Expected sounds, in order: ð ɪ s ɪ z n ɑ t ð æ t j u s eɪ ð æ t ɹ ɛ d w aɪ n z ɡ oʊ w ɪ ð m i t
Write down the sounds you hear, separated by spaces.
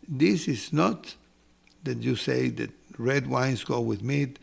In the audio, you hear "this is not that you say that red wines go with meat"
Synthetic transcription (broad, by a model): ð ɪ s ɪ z n ɑ t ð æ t j u s eɪ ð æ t ɹ ɛ d w aɪ n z ɡ oʊ w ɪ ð m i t